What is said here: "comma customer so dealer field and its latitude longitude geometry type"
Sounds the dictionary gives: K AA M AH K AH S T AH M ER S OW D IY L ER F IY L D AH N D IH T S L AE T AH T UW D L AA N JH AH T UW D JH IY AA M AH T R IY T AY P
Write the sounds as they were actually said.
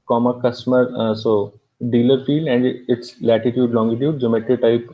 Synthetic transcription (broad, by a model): K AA M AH K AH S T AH M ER S OW D IY L ER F IY L AH N D IH T S L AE T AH T UW D L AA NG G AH T UW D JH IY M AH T IY T AY P